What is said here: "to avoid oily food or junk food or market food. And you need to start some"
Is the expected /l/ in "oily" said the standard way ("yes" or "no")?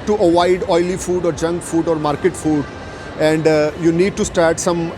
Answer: yes